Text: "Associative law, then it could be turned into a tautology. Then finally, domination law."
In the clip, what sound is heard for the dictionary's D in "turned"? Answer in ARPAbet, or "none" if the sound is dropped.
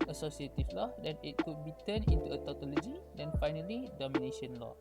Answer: none